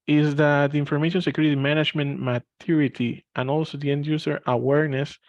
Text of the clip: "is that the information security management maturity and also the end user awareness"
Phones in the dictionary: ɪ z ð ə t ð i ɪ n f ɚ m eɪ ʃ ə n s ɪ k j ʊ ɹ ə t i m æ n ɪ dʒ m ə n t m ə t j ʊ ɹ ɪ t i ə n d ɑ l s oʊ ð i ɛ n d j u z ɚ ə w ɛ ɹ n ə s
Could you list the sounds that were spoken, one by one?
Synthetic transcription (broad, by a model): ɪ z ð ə t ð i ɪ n f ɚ m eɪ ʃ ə n s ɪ k j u ɹ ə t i m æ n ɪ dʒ m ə n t m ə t j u ɹ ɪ t i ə n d ɑ l s oʊ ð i ɛ n d j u s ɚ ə w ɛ ɹ n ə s